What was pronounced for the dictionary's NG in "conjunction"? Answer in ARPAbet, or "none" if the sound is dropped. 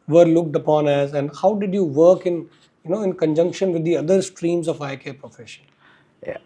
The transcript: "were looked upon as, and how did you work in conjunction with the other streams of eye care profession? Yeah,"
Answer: NG